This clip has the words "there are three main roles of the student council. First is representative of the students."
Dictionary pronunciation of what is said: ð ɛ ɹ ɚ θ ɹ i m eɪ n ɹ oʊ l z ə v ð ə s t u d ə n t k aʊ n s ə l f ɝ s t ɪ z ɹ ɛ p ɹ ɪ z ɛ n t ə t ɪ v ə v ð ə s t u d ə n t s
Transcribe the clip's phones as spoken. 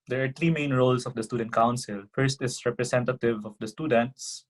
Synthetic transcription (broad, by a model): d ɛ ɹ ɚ t ɹ i m eɪ n ɹ oʊ l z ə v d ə s t u d ə n t k aʊ n s ə l f ɝ s t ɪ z ɹ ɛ p ɹ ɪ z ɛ n t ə t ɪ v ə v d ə s t u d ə n t s